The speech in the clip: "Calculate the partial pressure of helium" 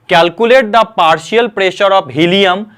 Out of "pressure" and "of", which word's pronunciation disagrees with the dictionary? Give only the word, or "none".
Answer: of